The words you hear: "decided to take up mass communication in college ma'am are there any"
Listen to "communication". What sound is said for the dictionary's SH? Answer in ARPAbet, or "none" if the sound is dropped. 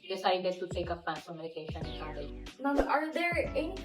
none